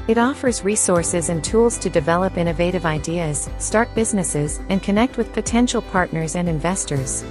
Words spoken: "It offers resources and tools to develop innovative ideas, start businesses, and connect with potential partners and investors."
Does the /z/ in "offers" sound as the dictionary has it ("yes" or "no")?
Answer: yes